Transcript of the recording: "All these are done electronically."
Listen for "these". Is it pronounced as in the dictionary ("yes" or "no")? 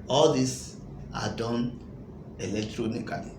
no